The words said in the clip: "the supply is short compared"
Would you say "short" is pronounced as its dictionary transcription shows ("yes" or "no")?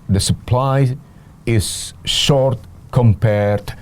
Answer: yes